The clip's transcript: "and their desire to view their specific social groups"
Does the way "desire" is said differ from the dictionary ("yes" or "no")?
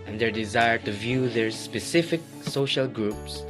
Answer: no